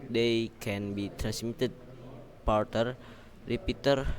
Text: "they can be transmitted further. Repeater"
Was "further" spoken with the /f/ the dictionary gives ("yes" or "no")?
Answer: no